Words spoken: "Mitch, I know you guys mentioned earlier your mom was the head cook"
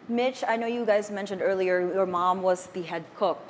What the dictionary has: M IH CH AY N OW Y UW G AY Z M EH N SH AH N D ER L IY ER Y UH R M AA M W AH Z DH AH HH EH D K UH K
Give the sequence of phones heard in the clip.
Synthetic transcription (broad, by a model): M IH CH AY N OW Y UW G AY Z M EH N SH AH N D ER L IY ER Y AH R M AA M W AH Z DH AH HH EH D K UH K